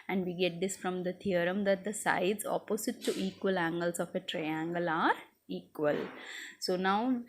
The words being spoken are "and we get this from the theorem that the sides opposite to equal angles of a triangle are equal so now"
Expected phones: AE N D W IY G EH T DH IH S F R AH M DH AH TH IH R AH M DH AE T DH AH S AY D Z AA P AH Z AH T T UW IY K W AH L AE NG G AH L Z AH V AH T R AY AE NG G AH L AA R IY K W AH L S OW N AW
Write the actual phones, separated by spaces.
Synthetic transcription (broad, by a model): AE N D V IY G EH T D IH S F R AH M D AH T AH R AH M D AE T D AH S AY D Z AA P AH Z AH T T UW IY K W AH L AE NG G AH L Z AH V AH T R AY AE NG G AH L AA R IY K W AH L S OW N AW